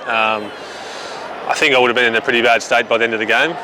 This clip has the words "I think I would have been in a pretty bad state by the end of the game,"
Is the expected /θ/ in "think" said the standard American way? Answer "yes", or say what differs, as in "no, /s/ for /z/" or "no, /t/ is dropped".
yes